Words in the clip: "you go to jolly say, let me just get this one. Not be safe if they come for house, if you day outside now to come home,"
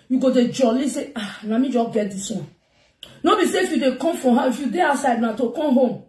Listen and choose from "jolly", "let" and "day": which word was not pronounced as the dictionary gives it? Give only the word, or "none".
let